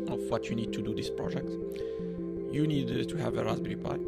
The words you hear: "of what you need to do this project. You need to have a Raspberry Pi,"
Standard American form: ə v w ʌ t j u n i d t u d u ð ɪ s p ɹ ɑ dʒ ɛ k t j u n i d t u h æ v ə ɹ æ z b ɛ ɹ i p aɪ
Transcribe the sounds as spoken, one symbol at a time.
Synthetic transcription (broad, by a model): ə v w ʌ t j u n i d t u d u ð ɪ s p ɹ ɑ dʒ ɛ k t j u n i d t u h æ v ə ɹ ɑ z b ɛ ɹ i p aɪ